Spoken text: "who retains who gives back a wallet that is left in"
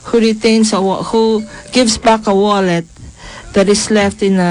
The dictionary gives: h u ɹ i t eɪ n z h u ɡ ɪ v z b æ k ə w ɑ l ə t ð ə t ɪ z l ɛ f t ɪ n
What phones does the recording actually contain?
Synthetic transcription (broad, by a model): h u ɹ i t eɪ n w h u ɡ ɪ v s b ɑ k ə w ɑ l ə t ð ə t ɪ s l ɛ f t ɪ n